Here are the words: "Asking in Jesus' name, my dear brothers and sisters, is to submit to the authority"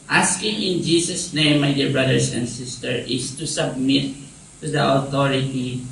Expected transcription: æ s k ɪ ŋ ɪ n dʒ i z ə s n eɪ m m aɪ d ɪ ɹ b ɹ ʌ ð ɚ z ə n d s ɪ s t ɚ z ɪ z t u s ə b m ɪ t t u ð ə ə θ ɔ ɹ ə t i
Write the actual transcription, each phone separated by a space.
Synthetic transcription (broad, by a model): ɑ s k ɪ ŋ ɪ n dʒ i s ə s n eɪ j m aɪ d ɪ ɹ b ɹ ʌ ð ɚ s ə n d s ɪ s t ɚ ɪ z t u s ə b m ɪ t t u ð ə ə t ɔ ɹ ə t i